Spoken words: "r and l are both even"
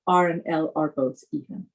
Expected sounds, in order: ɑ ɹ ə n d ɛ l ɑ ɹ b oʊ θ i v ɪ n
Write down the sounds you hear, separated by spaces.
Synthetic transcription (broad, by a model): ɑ ɹ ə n ɛ l ɑ ɹ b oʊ s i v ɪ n